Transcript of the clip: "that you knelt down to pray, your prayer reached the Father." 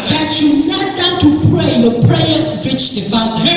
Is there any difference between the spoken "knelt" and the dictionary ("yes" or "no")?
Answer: yes